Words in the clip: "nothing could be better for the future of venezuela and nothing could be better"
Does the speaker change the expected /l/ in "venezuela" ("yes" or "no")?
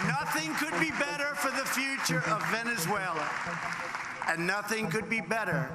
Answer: no